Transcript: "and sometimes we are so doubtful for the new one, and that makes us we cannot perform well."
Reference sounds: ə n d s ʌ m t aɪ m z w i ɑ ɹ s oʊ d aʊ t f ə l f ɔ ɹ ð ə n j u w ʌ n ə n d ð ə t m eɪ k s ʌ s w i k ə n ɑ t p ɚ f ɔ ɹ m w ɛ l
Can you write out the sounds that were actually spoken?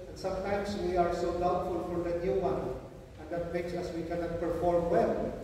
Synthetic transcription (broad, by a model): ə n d s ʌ m t aɪ m s w i ɑ ɹ s oʊ d aʊ t f ə l f ɔ ɹ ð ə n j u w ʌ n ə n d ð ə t m eɪ k s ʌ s w i k ə n ɑ t p ɚ f ɔ ɹ m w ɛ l